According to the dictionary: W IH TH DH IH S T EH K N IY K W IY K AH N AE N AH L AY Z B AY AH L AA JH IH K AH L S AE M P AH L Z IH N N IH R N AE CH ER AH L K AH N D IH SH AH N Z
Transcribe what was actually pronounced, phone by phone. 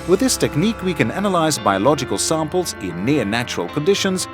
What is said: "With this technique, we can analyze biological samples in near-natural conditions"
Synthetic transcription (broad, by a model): W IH DH IH S T EH K N IY K W IY K AH N AE N AH L AY Z B AY AH L AA JH IH K AH L S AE M P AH L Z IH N N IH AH N AE CH ER AH L K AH N D IH SH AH N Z